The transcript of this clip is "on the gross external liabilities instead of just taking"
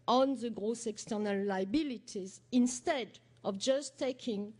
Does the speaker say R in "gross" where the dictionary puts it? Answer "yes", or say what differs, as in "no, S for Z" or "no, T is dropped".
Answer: yes